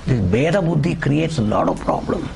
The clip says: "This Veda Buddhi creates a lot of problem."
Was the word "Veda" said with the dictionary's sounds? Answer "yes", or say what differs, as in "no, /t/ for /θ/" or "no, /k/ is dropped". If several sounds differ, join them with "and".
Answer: no, /b/ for /v/